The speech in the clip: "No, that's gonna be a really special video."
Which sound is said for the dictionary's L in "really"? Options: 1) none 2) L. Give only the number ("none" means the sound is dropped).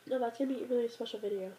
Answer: 1